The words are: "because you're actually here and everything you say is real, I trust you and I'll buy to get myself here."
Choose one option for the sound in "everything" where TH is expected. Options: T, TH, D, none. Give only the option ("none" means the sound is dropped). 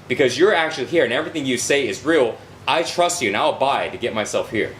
TH